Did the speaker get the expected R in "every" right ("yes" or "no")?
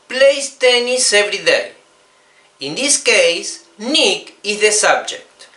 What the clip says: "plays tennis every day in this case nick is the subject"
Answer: yes